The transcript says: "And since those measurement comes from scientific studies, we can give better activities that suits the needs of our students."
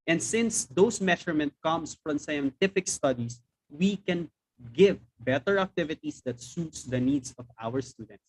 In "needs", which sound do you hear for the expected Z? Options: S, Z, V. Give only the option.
S